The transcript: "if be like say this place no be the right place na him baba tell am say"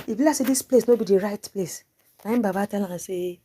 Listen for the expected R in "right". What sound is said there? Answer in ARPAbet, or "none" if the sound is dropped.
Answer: R